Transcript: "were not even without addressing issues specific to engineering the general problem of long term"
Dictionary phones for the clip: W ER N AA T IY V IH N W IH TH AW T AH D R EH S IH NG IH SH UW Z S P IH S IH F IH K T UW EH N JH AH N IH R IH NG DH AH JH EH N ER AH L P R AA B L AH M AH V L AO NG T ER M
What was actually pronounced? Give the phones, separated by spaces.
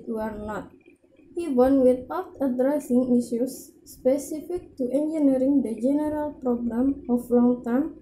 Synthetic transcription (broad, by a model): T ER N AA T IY W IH N W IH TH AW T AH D R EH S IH NG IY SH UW S P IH S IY F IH K T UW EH N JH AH N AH R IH NG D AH JH EH N ER AH L P R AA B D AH M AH F L AO NG T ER M